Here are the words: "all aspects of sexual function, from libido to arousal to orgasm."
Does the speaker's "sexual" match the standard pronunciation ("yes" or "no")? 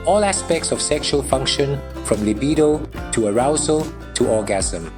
yes